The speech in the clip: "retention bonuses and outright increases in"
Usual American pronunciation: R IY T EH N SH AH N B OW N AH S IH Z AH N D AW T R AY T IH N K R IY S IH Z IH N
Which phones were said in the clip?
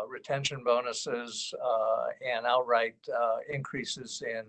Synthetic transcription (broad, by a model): R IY T EH N SH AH N B OW N AH S IH Z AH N AW T R AY T IH N K R IY S IH Z IH N